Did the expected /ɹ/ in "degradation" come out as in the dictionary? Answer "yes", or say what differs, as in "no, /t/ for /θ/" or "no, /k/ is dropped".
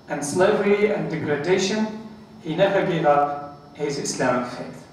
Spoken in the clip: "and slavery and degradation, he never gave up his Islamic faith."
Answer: yes